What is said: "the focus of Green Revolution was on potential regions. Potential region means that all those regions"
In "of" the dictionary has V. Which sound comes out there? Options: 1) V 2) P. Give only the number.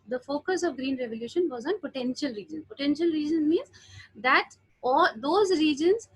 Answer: 1